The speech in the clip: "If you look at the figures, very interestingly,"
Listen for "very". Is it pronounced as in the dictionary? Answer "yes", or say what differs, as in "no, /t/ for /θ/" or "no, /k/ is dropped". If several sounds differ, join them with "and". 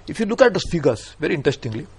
yes